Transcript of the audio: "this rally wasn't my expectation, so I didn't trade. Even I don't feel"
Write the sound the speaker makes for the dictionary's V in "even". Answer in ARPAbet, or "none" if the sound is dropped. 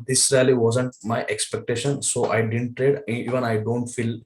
V